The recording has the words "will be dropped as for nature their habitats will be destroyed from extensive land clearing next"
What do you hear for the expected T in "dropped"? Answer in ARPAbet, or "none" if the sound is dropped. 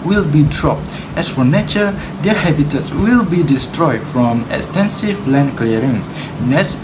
T